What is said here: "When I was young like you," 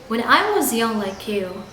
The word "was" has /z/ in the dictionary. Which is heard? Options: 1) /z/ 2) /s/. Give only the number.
1